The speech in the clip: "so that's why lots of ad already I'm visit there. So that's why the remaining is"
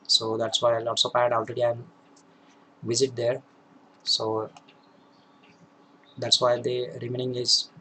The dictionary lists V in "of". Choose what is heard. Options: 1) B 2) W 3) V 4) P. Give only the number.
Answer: 4